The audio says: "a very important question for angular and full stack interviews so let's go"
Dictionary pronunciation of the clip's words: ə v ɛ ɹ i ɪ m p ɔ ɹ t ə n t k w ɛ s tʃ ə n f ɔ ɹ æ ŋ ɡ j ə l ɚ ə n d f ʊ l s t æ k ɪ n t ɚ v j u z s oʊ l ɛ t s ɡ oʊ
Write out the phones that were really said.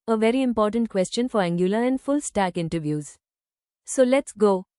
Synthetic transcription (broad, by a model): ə v ɛ ɹ i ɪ m p ɔ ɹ t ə n t k w ɛ s tʃ ə n f ɔ ɹ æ ŋ ɡ j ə l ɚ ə n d f ʊ l s t æ k ɪ n t ɚ v j u z s oʊ l ɛ t s ɡ oʊ